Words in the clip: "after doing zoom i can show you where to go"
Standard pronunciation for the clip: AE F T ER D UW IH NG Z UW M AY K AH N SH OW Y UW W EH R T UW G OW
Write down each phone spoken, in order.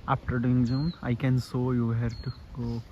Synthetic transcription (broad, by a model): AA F T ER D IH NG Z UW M AY K AH N S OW Y UW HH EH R T UW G OW